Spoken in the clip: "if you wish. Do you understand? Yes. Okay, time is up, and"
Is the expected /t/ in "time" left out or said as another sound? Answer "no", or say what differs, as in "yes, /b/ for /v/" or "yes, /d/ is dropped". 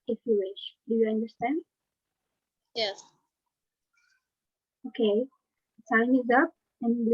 yes, /s/ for /t/